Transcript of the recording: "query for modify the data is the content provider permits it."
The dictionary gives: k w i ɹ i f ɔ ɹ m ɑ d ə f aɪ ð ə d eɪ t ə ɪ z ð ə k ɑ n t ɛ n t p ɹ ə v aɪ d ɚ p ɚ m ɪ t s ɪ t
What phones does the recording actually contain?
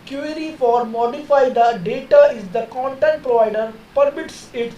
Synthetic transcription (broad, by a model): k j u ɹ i f ɔ ɹ m ɑ d ə f aɪ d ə d eɪ t ə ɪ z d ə k ɑ n t ɛ n t p ɹ ə v aɪ d ɚ p ɚ m ɪ t s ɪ t